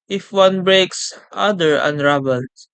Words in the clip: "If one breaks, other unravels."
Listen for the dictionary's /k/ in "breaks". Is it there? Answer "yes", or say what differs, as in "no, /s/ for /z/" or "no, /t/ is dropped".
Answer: yes